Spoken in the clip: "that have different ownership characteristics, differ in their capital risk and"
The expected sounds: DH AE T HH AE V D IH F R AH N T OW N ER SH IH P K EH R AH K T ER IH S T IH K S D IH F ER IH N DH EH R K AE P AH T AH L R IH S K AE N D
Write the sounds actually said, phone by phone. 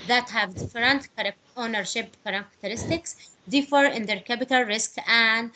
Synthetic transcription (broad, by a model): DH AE T HH AE V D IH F R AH N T OW N ER SH IH P K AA R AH K T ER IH S T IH K S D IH F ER IH N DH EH R K AE P AH T AH L R IH S K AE N D